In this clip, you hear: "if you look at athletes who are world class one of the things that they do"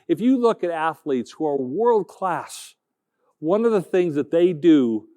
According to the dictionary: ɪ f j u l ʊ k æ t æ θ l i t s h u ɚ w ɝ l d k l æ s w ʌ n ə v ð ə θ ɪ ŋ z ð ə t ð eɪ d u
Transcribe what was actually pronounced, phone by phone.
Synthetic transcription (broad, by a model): ɪ f j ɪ l ʊ k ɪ t æ θ l i t s h u ɚ w ɝ l d k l æ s w ʌ n ə v ð ə θ ɪ ŋ z ð ə t ð eɪ d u